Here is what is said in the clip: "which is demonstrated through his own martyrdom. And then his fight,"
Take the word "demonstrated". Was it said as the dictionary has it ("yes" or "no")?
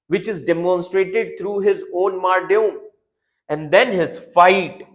yes